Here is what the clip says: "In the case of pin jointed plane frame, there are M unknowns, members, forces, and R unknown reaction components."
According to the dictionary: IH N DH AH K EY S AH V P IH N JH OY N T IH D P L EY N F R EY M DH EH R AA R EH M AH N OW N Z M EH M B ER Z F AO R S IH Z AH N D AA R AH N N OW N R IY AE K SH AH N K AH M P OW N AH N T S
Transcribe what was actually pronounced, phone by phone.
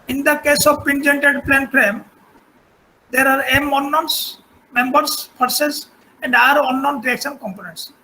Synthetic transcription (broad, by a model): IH N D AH K EY S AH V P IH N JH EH N T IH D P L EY N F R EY M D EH R AA R EH M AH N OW N S M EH M B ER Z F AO R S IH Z AH N D AA R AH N N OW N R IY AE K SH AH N K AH M P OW N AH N T S